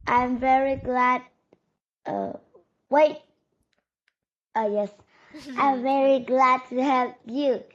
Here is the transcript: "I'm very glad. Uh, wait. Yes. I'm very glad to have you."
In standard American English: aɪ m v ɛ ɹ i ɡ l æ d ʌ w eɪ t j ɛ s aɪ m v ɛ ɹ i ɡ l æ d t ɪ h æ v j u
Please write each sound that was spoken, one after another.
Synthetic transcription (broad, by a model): aɪ m v ɛ ɹ i ɡ l æ d ʌ w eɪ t j ɛ s aɪ m v ɛ ɹ i ɡ l æ d t ɪ h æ p j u